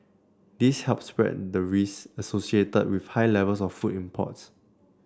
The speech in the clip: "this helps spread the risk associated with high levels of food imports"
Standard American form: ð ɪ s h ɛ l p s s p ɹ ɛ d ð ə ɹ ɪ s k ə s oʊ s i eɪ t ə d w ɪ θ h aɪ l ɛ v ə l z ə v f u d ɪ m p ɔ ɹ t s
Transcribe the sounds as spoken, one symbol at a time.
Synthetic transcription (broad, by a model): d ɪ s h ɛ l p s s p ɹ ɛ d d ə ɹ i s ə s oʊ s i eɪ t ə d w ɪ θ h aɪ l ɛ v ə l s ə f u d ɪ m p ɔ t s